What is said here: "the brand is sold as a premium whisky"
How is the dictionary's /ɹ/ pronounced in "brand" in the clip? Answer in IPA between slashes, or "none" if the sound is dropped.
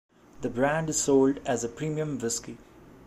/ɹ/